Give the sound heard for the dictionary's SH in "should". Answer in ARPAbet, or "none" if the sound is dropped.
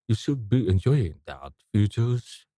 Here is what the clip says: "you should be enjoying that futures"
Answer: SH